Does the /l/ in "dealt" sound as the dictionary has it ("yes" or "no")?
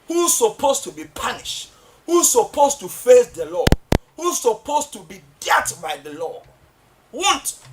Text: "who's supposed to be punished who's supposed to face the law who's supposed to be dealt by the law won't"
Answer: no